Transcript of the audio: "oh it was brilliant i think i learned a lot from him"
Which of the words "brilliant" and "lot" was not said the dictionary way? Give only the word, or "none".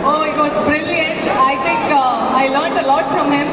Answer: none